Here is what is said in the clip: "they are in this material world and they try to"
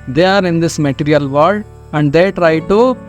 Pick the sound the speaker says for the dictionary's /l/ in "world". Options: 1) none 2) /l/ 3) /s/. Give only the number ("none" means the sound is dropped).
1